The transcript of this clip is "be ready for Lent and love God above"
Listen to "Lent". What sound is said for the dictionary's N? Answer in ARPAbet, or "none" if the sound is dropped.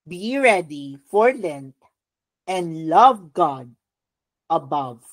N